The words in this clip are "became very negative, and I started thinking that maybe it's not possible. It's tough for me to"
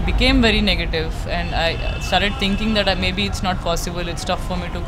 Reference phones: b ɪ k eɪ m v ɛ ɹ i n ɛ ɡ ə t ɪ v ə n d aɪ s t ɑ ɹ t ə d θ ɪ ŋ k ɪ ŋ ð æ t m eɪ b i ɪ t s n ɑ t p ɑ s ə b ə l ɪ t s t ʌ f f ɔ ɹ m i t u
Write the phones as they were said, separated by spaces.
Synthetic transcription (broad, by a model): b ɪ k eɪ m v ɛ ɹ i n ɛ ɡ ə t ɪ v ə n d aɪ s t ɑ ɹ t ə d t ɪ ŋ k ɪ ŋ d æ t m eɪ b i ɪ t s n ɑ t p ɑ s ə b ə l ɪ t s t ʌ f f ɔ ɹ m i t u